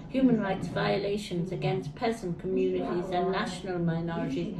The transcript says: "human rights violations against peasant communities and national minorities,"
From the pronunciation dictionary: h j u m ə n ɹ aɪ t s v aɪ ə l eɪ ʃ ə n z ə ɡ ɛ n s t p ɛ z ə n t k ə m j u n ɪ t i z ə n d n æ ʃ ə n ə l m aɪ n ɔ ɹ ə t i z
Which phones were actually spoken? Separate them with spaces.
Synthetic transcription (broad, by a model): h j u m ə n ɹ aɪ t s v aɪ ə l eɪ ʃ ə n z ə ɡ ɛ n s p ɛ z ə n k ə m j u n ɪ t i z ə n n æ ʃ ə n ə l m aɪ n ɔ ɹ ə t i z